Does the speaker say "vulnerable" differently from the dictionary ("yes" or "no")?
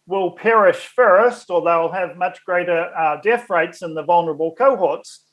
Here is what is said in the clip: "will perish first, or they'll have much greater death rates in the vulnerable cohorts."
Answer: no